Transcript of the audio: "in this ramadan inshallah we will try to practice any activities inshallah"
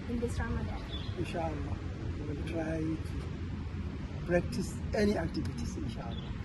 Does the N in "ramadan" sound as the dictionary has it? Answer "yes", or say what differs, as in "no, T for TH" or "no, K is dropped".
no, N is dropped